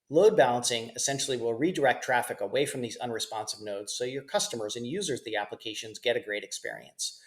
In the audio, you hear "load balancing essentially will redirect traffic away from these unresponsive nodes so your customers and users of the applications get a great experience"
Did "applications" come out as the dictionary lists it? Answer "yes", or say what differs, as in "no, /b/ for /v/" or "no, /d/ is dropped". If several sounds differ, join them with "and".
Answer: yes